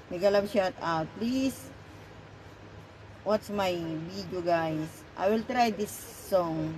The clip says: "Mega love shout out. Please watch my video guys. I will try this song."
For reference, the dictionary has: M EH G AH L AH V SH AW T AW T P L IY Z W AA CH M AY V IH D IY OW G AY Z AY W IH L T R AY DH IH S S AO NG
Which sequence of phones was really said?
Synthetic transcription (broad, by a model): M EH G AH L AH B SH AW T AW T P L IY S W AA S M AY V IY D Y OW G AY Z AY W IH L T R AY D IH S S AO NG